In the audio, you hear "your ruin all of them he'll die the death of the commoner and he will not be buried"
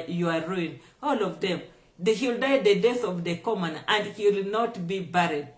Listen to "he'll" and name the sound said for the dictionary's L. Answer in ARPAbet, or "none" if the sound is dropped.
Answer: L